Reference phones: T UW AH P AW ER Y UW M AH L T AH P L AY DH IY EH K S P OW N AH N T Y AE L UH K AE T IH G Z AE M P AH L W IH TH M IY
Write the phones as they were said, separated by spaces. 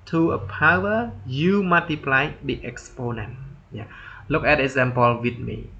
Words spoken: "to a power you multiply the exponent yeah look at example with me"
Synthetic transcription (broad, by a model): T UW AH P AW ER Y UW M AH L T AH P L AY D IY EH K S P OW N AH N T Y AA L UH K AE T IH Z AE M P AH L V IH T M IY